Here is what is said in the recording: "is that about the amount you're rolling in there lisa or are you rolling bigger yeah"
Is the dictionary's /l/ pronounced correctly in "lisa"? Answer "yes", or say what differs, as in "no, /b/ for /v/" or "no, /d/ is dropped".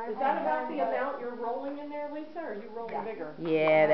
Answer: no, /w/ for /l/